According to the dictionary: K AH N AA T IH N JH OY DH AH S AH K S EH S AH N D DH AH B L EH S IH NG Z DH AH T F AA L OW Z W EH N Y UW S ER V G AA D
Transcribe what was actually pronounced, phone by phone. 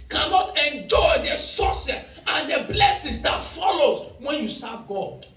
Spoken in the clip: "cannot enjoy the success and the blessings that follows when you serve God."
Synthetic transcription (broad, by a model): K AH N AA T IH N JH OY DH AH S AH S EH S AH N D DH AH B L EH S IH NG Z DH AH T F AA L OW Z W EH N Y UW S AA P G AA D